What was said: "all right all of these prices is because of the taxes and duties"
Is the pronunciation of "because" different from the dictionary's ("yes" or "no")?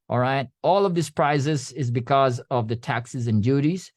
no